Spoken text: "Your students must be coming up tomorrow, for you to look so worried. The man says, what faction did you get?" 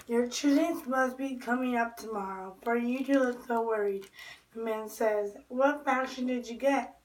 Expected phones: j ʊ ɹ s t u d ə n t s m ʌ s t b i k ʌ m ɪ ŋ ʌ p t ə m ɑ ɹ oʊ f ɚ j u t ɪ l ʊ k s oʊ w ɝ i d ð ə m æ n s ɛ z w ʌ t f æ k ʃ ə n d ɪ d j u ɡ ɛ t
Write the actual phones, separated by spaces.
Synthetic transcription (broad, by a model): j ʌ ɹ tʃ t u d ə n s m ʌ s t b i k ʌ m ɪ ŋ ʌ p t ə m ɑ ɹ oʊ f ɚ j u t ɪ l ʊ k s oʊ w ɝ i d ð ə m æ n s ɛ z w ʌ t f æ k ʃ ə n d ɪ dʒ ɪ ɡ ɛ t